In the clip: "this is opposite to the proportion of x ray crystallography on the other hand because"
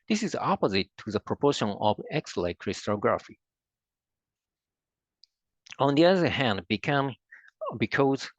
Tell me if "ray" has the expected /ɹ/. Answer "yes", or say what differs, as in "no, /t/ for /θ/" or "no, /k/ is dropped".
no, /l/ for /ɹ/